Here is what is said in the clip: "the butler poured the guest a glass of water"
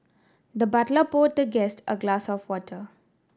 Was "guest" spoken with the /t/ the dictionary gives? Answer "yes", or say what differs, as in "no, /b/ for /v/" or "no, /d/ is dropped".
yes